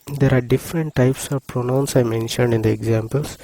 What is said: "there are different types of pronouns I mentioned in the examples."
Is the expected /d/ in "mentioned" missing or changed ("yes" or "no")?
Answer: no